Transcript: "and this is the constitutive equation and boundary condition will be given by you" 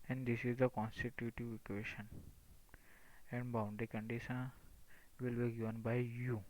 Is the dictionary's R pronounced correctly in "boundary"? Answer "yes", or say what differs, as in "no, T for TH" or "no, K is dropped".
no, R is dropped